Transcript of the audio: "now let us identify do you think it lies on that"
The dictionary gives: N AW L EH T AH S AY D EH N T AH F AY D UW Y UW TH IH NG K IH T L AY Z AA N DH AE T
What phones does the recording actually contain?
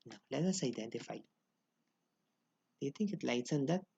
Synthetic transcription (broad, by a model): N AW L EH T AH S AY D EH N T AH F AY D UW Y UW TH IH NG K IH T L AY S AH N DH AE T